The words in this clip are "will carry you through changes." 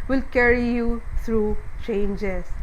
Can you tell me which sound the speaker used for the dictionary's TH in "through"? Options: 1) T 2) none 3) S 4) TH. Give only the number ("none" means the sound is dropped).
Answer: 1